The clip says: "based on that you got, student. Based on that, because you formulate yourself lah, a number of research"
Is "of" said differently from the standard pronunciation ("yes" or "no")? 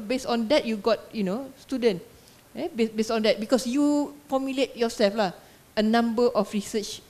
yes